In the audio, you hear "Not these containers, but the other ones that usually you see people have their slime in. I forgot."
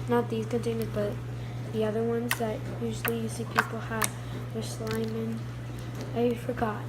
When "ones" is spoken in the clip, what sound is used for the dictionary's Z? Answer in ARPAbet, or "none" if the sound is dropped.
Z